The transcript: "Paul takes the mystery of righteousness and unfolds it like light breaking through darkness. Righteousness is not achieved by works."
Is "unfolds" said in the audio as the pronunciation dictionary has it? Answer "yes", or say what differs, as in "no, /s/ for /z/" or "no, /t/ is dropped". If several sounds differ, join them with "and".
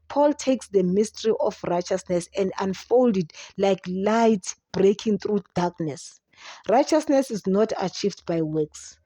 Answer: no, /z/ is dropped